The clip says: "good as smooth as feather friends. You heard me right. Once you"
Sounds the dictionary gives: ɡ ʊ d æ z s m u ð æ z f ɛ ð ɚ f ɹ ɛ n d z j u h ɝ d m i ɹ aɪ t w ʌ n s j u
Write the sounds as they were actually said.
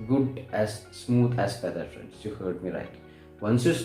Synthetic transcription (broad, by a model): ɡ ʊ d æ z s m u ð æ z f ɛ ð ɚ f ɹ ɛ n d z j u h ɝ d m i l aɪ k w ʌ n s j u